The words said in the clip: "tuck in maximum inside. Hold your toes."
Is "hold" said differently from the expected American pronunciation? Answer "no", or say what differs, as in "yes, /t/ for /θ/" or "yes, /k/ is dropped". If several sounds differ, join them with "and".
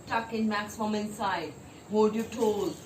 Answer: yes, /l/ is dropped